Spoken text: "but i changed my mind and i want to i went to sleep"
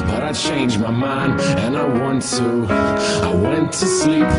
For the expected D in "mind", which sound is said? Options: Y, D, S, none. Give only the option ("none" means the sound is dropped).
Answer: none